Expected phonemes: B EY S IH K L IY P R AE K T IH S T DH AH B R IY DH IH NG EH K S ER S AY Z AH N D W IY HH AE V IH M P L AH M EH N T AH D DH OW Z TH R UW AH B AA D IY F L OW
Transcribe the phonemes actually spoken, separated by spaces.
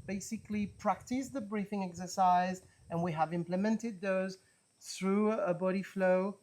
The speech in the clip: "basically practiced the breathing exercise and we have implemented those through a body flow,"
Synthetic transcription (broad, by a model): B EY S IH K L IY P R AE K T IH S DH AH B R IY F IH NG EH K S ER S AY Z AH N W IY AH V IH M P L AH M EH N T AH D DH OW Z TH R UW AH B AA D IY F L OW